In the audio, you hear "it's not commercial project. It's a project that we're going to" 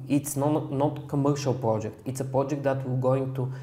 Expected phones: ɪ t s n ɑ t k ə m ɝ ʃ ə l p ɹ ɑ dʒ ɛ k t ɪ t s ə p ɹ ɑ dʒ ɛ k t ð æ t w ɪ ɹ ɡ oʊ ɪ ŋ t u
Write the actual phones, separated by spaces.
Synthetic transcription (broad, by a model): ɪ t s n ɑ t k ə m ɝ ʃ ə l p ɹ ɑ dʒ ɛ k t ɪ t s ə p ɹ ɑ dʒ ɛ k t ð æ t w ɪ l ɡ oʊ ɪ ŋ t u